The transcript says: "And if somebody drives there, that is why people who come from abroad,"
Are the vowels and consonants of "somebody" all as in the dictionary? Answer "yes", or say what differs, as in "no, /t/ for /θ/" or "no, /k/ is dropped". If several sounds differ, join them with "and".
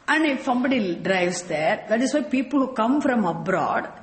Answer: yes